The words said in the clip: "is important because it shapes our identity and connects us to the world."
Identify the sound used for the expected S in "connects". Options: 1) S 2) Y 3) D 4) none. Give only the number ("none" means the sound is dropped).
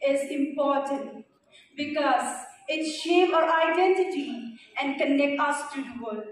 4